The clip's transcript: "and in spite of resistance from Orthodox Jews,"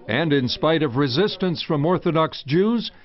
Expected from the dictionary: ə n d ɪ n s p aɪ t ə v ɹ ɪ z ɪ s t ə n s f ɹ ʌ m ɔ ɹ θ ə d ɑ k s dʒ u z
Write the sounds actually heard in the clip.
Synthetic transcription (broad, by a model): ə n d ɪ n s p aɪ t ə v ɹ ɪ z ɪ s t ə n s f ɹ ʌ m ɔ ɹ θ ə d ɑ k s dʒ u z